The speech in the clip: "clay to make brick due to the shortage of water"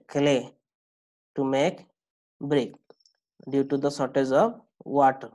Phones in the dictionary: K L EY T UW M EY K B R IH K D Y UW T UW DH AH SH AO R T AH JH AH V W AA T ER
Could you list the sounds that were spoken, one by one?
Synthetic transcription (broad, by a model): K L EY T UW M EY K B R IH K D Y UW T UW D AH S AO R T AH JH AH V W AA T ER